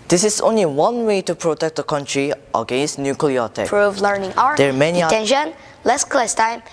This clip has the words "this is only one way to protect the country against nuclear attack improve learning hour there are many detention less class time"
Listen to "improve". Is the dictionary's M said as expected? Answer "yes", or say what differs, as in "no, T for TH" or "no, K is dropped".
no, M is dropped